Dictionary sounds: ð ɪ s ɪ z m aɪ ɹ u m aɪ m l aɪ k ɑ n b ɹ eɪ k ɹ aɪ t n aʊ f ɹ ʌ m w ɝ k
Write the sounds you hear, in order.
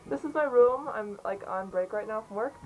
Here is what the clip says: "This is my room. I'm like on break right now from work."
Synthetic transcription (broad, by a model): ð ɪ s ɪ z m aɪ ɹ u m aɪ m l aɪ k n b ɹ eɪ k ɹ aɪ t n aʊ f ɹ ʌ m w ɝ k